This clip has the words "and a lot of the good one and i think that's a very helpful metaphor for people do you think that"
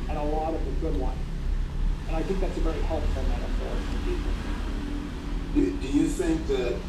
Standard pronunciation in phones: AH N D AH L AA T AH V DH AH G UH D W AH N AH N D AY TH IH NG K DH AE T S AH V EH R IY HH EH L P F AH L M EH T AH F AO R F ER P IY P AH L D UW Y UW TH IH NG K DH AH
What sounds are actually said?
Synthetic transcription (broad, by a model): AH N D AH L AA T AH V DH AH G UH D W AH N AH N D AY TH IH NG K DH AE T S AH V EH R IY HH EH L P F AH N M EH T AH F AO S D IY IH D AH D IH Y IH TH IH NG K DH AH